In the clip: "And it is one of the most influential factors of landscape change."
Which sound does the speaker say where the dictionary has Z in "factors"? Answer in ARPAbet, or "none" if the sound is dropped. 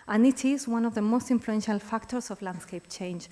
S